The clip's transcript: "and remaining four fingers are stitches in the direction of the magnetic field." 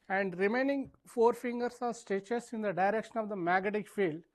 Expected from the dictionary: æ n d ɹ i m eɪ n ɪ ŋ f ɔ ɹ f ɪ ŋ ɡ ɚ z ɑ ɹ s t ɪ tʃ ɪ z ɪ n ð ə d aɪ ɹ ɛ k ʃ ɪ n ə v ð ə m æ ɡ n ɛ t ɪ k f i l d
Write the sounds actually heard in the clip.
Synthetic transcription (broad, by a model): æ n d ɹ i m eɪ n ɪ ŋ f ɔ ɹ f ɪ ŋ ɡ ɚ s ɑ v s t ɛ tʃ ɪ s ɪ n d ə d aɪ ɹ ɛ k ʃ ɪ n ə v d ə m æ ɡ ɛ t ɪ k f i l d